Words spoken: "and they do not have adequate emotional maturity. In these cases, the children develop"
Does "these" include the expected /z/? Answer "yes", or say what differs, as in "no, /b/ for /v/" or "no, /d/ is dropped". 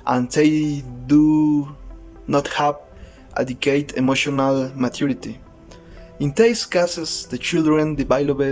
no, /s/ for /z/